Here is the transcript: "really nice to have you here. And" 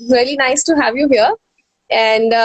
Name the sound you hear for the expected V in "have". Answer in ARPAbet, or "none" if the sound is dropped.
V